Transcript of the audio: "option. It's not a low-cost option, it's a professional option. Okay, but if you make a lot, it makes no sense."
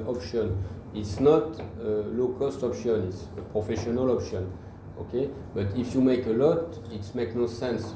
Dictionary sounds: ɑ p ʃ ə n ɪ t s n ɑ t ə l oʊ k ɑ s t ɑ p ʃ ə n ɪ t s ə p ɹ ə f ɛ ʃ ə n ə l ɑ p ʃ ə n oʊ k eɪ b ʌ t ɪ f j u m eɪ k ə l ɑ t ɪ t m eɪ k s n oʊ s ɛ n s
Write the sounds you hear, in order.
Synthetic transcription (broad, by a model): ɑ p ʃ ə n ɪ t s n ɑ t ə l oʊ k ɑ s t ɑ p ʃ ə n ɪ t s ə p ɹ ə f ɛ ʃ ə n ə l ɑ p ʃ ə n oʊ k eɪ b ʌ t ɪ f j u m eɪ k ə l ɑ t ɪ t m eɪ k n oʊ s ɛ n s